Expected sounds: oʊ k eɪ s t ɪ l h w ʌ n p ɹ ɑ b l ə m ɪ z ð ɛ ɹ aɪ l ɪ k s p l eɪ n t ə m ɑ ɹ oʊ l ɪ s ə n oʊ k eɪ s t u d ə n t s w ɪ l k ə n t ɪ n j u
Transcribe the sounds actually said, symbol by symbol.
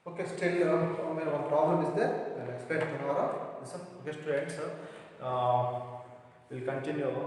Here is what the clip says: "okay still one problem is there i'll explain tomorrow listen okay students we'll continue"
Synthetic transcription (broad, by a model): oʊ k eɪ s t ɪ l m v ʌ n p ɹ ɑ b l ə m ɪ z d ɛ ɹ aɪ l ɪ k s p eɪ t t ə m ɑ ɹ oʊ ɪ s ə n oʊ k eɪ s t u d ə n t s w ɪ l k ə n t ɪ n j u